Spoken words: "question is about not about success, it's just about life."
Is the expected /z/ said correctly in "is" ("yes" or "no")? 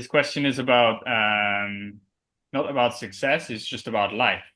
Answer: yes